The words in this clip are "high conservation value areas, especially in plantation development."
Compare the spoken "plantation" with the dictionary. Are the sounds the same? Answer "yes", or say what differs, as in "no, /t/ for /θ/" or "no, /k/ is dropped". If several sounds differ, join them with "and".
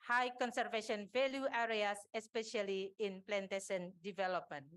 no, /s/ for /ʃ/